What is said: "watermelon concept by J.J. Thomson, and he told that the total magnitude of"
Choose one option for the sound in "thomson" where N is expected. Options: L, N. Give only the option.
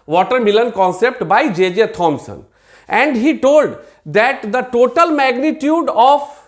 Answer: N